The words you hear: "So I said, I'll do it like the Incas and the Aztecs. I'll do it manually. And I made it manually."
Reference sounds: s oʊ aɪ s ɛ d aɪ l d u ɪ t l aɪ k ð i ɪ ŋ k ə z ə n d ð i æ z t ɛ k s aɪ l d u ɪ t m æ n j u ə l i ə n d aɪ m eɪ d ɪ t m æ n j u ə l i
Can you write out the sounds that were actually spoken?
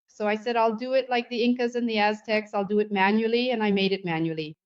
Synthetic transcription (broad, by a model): s oʊ aɪ s ɛ d aɪ l d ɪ ɪ t l aɪ k ð i ɪ ŋ k ə z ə n ð i æ z t ɛ k s aɪ l d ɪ ɪ t m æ n j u l i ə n aɪ m eɪ d ɪ t m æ n j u l i